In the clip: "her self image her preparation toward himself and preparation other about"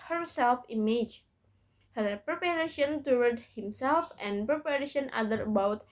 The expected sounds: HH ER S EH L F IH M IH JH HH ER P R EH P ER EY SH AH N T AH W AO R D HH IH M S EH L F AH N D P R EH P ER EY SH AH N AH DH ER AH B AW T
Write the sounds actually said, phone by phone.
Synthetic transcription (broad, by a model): HH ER S EH L F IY M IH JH HH ER P R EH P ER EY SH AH N T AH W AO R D HH IH M S EH L F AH N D P R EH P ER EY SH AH N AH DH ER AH B AW T